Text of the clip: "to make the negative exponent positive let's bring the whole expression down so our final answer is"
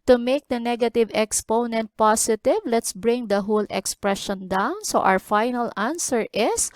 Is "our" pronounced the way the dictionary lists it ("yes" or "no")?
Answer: no